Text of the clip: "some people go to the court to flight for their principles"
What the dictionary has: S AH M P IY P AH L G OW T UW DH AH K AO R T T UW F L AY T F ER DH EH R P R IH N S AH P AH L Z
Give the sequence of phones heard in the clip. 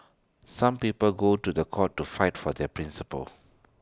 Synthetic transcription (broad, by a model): S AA M P IY P AH L G OW T UW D AH K AO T T UW F AY T F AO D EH P R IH N S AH P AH L